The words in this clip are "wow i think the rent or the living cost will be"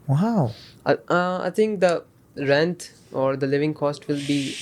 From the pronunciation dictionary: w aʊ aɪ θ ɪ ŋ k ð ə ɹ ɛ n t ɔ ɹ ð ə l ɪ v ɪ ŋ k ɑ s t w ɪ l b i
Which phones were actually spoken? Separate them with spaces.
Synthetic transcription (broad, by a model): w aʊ aɪ t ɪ ŋ k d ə ɹ ɛ n t ɔ ɹ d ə l ɪ v ɪ ŋ k ɑ s t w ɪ l b i